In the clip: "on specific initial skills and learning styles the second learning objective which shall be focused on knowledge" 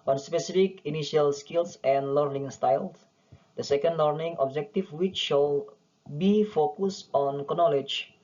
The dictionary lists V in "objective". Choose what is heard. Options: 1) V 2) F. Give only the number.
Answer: 2